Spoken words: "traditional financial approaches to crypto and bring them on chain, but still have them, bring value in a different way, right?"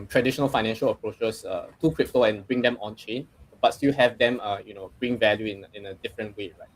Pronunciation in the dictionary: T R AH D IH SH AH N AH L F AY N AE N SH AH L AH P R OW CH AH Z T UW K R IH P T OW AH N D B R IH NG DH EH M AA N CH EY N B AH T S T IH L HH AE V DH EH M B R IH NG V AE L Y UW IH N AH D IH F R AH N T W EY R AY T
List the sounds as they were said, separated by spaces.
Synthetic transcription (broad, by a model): T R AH D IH SH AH N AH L F AY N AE N SH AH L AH P R OW CH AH S T UW K R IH P T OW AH N B R IH NG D EH M AA N CH EY N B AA T S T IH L HH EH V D EH M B R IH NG V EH L Y UW IH N AH D IH F R AH N T W EY R AY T